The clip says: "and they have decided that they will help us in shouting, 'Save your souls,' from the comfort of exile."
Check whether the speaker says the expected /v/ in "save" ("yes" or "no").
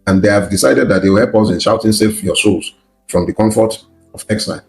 no